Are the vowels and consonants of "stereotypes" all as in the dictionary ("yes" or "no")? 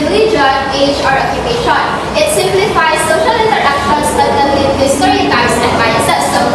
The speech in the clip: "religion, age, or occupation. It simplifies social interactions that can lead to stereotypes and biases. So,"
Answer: no